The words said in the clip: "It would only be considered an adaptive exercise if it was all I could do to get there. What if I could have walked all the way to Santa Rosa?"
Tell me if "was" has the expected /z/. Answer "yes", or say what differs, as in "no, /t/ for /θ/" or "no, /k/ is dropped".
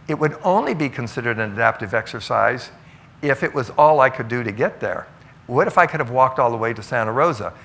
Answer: yes